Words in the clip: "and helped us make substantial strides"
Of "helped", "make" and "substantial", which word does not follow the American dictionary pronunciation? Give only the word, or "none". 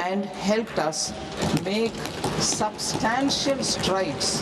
none